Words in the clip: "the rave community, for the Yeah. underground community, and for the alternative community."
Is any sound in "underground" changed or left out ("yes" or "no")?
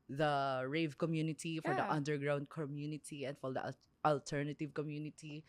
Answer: no